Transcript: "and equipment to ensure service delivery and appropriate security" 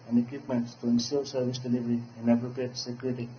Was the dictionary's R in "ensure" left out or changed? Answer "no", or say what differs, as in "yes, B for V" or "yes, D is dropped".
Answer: yes, L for R